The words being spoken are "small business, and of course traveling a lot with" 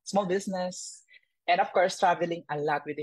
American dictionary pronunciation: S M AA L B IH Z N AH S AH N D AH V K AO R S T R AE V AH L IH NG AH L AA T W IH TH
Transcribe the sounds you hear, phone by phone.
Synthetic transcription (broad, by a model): S M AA L B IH S N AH S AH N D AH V K AO R S T R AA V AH L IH NG AH L AA T W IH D